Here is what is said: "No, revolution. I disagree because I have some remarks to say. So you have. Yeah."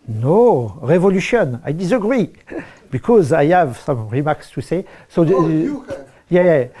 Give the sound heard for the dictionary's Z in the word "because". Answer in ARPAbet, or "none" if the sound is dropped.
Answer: Z